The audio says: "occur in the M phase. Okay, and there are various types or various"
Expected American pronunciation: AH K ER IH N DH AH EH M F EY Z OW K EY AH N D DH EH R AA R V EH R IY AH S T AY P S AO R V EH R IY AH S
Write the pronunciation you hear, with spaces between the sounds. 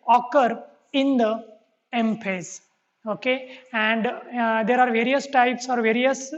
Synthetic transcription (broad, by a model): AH K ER IH N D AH EH M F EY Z OW K EY AH N D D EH R AA R V EH R IY AH S T AY P S AO R V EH R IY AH S